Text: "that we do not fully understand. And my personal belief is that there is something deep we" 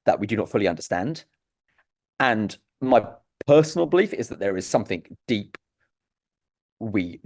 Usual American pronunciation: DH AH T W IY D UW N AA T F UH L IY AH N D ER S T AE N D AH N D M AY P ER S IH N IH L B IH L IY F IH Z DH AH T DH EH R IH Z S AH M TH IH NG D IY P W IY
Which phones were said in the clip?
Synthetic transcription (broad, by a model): DH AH T W IY D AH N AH T F UH L IY AH N D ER S T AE N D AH N M AY P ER S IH N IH L B IH L IY F IH Z DH AH T DH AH R IH Z S AH M TH IH NG D IY P W IY